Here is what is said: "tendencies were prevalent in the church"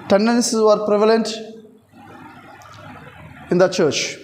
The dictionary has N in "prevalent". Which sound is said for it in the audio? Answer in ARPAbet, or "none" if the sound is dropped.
N